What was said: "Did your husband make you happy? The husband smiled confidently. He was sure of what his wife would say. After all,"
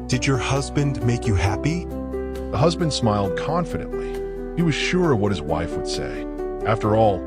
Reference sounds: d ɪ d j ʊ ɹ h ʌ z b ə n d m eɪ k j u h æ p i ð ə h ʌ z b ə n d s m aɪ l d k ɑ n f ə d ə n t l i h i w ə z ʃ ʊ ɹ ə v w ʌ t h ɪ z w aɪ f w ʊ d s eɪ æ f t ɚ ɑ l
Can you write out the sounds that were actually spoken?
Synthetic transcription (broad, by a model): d ɪ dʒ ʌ ɹ h ʌ z b ə n d m eɪ k j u h æ p i ð ə h ʌ z b ə n d s m aɪ l d k ɑ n f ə d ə n t l i h i w ə z ʃ ʊ ɹ ə v w ʌ t h ɪ z w aɪ f w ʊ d s eɪ æ f t ɚ ɑ l